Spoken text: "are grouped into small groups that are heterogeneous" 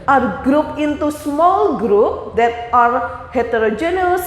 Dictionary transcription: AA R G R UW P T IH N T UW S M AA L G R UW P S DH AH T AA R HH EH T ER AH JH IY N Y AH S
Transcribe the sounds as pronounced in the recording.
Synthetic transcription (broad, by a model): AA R G R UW P IH N T UW S M AA L G R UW P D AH T AA R HH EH T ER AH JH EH N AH S